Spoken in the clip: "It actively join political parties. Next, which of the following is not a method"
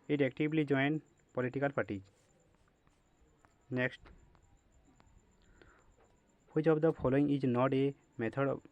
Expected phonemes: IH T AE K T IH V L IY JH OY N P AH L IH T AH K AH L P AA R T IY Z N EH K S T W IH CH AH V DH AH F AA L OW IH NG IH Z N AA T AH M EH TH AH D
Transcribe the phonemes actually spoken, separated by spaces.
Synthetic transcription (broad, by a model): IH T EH K T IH B L IY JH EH N P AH L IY T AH K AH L P AA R T IY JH N EH K S T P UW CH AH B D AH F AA L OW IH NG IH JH N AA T AH M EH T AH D